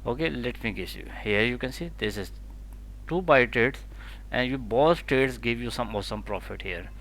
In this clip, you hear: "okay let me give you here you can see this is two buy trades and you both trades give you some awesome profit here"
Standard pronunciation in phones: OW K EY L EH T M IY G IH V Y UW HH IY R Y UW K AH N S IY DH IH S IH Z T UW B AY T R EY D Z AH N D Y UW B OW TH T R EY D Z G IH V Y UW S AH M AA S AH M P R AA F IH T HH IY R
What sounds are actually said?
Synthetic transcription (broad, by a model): OW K EY L EH T M IY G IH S Y UW HH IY R Y UW K AH N S IY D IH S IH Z T UW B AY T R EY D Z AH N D Y UW B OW S T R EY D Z G IH V Y UW S AH M AA S AH M P R AA F IH T HH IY R